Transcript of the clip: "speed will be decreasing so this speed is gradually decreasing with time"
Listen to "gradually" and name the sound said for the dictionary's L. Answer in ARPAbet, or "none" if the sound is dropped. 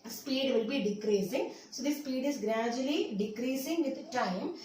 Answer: L